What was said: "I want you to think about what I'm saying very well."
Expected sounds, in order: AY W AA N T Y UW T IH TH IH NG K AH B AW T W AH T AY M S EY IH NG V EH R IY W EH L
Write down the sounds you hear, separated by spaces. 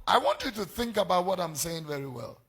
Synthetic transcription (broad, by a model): AY W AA N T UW T IH TH IH NG K AH B AW T W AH T AY M S EY IH NG V EH R IY W EH L